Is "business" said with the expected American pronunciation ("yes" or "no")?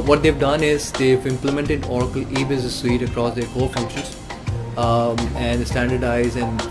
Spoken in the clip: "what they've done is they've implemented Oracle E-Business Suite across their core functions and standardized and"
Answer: no